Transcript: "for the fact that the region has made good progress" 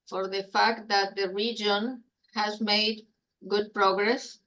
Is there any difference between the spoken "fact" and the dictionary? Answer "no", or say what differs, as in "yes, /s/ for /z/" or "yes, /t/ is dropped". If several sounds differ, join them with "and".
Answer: no